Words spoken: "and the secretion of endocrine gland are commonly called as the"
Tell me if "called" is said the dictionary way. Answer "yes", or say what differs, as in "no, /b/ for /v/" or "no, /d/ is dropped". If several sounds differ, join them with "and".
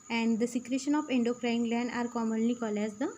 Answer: no, /d/ is dropped